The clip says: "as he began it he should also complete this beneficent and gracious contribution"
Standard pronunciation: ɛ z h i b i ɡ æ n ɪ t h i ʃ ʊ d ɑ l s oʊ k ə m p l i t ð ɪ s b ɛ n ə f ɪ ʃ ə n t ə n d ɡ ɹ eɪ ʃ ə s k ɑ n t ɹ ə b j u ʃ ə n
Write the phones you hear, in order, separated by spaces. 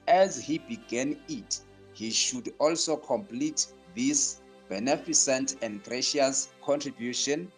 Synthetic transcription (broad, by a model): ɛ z h i b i ɡ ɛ n ɪ t h i ʃ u d ɑ l s oʊ k ə m p l i t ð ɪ s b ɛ n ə f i s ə n t ə n d ɡ ɹ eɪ ʃ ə s k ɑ n t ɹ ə b j u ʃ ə n